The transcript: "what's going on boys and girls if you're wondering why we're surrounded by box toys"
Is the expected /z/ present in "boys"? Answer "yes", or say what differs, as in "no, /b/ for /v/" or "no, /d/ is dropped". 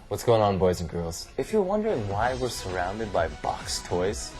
yes